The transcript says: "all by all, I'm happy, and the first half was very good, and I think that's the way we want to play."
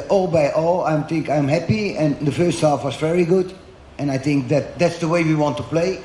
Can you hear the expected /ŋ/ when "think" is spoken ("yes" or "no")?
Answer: yes